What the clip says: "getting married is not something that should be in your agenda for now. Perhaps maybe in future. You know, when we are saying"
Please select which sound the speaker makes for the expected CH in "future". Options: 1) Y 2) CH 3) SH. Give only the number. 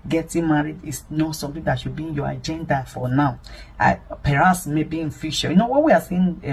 3